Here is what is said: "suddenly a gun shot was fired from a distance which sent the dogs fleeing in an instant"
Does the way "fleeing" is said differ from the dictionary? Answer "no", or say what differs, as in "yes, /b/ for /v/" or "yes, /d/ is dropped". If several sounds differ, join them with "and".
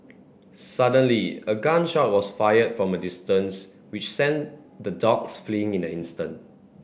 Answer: no